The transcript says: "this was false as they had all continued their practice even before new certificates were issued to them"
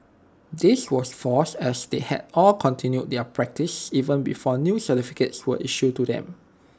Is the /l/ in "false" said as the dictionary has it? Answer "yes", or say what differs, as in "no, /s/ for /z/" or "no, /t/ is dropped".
no, /l/ is dropped